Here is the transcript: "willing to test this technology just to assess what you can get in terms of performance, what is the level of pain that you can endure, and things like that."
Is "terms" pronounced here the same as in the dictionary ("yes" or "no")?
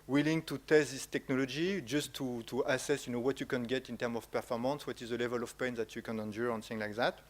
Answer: no